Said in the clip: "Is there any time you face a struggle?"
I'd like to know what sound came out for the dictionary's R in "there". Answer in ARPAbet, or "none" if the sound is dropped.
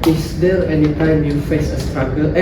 L